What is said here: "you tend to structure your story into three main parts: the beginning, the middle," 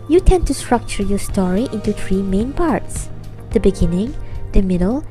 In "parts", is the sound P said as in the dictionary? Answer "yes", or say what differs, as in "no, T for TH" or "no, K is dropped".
yes